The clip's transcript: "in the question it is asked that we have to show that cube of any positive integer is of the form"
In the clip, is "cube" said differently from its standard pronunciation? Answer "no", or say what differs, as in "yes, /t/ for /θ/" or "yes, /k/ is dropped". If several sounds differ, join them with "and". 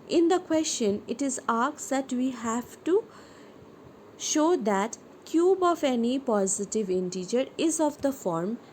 no